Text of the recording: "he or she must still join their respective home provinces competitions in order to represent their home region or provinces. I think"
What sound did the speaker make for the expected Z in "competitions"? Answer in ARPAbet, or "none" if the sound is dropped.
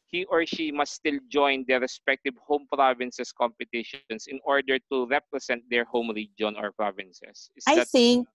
S